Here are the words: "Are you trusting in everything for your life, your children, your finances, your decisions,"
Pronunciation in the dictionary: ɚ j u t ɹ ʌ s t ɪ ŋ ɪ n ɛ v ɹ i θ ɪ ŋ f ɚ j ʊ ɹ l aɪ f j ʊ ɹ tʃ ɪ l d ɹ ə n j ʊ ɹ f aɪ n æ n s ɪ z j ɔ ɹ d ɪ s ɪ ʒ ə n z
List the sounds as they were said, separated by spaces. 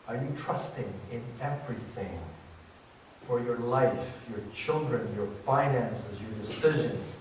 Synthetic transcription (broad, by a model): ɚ j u t ɹ ʌ s t ɪ ŋ ɪ n ɛ v ɹ i θ ɪ ŋ f ɚ j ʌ ɹ l aɪ f j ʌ ɹ tʃ ɪ l d ɹ ə n j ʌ ɹ f aɪ n æ n s ɪ z j ɔ ɹ d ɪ s ɪ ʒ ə n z